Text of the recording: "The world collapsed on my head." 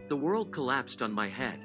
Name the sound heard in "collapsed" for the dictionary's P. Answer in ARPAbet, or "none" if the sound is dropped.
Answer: P